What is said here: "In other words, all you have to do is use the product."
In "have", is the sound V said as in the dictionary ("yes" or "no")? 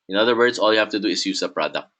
no